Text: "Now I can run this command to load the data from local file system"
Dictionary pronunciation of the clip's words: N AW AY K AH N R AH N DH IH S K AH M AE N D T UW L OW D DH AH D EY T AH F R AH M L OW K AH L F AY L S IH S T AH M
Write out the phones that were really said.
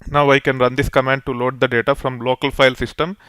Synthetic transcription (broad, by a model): N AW AY K AH N R AH N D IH S K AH M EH N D T UW L OW D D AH D EY T AH F R AH M L OW K AH L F AY L S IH S T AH M